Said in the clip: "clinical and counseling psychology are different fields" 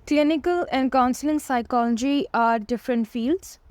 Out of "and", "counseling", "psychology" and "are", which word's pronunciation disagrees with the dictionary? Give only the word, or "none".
none